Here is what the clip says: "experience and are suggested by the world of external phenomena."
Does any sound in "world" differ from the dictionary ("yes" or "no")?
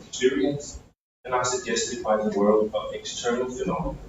no